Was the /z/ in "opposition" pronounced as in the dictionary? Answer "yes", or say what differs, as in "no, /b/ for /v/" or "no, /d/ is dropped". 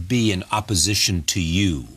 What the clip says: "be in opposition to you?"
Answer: yes